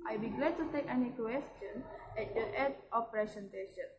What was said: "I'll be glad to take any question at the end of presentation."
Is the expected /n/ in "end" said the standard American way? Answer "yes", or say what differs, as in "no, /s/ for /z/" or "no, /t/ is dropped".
no, /n/ is dropped